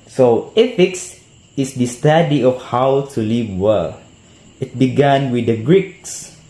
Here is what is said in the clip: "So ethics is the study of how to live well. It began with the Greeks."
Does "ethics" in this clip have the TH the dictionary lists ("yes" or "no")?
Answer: no